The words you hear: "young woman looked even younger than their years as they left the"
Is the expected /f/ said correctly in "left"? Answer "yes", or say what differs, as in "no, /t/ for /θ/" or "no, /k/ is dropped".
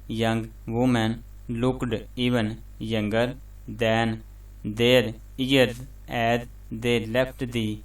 no, /p/ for /f/